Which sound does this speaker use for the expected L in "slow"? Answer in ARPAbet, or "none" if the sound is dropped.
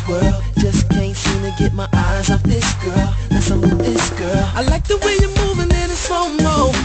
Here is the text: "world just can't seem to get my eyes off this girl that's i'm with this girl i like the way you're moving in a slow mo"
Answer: none